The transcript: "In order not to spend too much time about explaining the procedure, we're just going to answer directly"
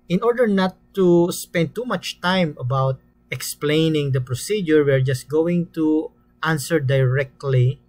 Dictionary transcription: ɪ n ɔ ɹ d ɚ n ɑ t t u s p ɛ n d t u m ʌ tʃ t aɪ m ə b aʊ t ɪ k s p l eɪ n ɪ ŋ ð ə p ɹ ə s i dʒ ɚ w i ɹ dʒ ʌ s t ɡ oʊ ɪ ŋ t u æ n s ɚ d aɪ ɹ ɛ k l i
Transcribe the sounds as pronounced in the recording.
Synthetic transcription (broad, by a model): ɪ n ɔ ɹ d ɚ n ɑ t t u s p ɛ n d t u m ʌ tʃ t aɪ m ə b aʊ t ɪ k s p l eɪ n ɪ ŋ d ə p ɹ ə s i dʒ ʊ w i ɹ dʒ ʌ s t ɡ oʊ ɪ ŋ t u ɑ n s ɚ d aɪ ɹ ɛ k l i